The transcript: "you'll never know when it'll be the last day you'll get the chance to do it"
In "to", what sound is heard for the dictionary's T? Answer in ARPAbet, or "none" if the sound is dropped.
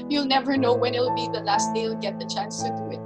S